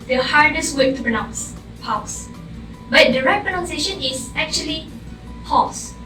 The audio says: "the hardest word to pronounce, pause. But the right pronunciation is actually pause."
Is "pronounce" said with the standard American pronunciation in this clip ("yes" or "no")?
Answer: yes